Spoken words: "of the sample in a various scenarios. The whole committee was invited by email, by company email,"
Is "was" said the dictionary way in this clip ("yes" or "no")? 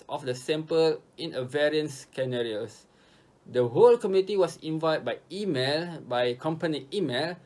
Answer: no